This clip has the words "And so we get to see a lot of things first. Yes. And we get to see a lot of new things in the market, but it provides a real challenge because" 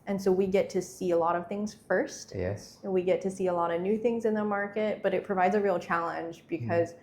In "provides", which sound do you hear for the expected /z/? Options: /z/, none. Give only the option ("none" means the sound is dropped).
/z/